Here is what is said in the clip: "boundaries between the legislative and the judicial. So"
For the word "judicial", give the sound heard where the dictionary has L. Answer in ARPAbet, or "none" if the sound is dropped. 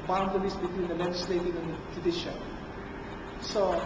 N